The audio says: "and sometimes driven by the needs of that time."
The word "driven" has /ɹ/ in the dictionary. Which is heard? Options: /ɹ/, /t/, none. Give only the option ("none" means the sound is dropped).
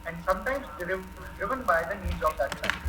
/ɹ/